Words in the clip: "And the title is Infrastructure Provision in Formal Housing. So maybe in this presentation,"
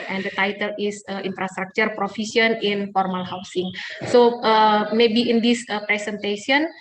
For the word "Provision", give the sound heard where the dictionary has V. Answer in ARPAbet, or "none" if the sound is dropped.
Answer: F